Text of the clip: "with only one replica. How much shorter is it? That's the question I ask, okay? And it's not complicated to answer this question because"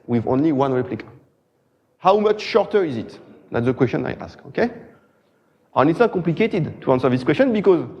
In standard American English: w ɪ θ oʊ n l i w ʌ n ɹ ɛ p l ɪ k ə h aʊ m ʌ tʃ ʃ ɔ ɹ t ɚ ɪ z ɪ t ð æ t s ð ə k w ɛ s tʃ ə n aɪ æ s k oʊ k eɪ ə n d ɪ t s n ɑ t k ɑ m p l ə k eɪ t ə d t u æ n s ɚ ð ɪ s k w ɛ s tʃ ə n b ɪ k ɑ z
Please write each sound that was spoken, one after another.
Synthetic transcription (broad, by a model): w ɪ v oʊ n l i w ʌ n ɹ ɛ p l ɪ k ə h aʊ m ʌ tʃ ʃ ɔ ɹ t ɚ ɪ z ɪ t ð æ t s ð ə k w ɛ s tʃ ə n aɪ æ s k oʊ k eɪ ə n ɪ t s n ɑ t k ɑ m p l ə k eɪ t ə d t u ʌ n s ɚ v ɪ s k w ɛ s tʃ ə n b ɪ k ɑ z